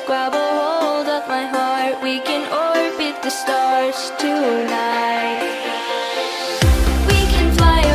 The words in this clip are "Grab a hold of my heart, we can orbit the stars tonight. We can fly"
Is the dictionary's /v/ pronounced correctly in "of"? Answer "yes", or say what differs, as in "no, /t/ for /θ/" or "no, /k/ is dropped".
no, /p/ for /v/